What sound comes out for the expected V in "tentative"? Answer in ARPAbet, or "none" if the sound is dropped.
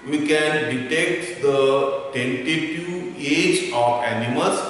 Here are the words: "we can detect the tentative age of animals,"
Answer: none